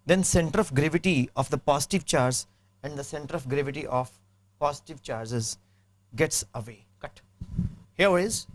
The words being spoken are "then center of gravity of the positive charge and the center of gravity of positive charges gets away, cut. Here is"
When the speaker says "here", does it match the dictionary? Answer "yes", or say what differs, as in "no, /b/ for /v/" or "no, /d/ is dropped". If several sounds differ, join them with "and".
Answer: no, /w/ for /ɹ/